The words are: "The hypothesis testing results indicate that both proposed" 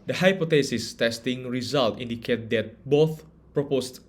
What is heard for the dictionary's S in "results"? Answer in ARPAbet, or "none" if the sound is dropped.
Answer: none